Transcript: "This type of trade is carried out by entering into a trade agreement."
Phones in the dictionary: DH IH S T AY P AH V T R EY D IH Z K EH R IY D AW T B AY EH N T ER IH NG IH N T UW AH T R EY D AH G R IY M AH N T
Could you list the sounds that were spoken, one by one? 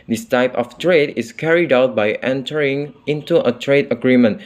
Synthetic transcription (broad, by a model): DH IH S T AY P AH F T R EY D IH S K EH R IY D AW T B AY EH N T ER IH NG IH N T UW AH T R EY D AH G R IY M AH N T